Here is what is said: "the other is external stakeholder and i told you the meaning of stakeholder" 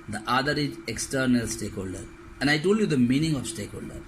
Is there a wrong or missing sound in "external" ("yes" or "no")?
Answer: no